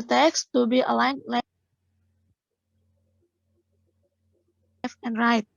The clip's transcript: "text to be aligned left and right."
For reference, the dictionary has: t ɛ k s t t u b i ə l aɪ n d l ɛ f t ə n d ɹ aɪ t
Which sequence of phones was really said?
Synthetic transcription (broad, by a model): t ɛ k s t t u b i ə l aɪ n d l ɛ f ə n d ɹ aɪ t